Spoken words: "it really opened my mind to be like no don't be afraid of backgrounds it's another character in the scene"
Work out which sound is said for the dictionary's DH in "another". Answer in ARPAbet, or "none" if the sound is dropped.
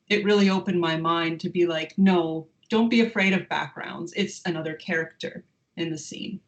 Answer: DH